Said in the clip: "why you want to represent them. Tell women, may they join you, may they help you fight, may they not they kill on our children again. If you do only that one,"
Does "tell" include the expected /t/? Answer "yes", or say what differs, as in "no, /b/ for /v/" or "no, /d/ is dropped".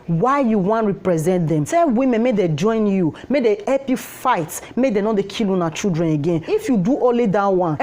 no, /s/ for /t/